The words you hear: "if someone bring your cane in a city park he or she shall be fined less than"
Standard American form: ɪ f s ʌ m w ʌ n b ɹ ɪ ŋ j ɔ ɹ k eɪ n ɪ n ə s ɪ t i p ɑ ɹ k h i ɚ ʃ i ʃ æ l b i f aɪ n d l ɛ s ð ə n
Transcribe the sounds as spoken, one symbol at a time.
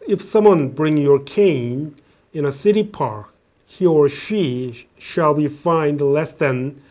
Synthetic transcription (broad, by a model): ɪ f s ʌ m w ʌ n b ɹ ɪ ŋ j ɔ ɹ k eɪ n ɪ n ə s ɪ t i p ɑ ɹ k h i ɚ ʃ i ʃ æ l b i f aɪ n d l ɛ s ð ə n